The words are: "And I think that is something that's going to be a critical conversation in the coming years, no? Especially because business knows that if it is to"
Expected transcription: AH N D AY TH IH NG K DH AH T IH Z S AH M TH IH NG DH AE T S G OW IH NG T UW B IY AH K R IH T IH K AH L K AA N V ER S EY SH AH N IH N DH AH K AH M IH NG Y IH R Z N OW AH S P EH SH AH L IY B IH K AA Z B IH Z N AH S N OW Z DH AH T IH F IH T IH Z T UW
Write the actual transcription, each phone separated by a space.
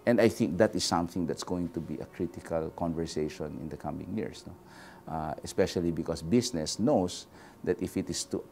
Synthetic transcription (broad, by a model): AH N D AY TH IH NG K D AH T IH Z S AH M TH IH NG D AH T S G OW IH NG T UW B IY AH K R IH T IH K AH L K AA N V ER S EY SH AH N IH N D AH K AH M IH NG Y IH R S N OW AH S P EH SH AH L IY B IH K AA S B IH S N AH S N OW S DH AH T IH F IH T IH S T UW